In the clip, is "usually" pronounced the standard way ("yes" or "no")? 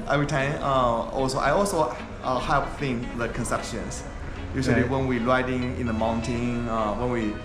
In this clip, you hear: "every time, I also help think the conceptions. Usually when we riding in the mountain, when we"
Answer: no